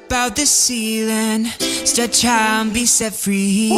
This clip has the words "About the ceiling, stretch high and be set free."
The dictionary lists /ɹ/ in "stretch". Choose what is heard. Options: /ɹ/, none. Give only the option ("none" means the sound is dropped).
none